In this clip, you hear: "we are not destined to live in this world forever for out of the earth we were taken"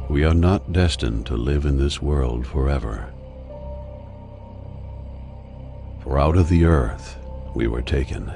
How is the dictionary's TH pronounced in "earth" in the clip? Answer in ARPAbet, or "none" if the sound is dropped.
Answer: TH